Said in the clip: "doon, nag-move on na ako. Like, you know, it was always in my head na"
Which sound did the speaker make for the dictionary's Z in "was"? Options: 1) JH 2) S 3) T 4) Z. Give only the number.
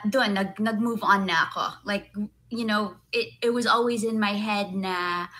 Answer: 4